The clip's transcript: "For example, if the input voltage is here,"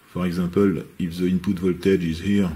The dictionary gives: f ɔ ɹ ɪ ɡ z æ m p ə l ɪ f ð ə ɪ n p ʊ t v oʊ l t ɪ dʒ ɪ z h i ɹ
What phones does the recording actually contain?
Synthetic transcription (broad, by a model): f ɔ ɹ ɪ ɡ z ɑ p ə l ɪ f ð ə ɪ n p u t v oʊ l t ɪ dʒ ɪ z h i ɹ